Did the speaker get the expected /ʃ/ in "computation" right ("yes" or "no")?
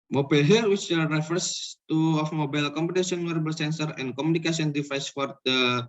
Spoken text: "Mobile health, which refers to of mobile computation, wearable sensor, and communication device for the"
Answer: no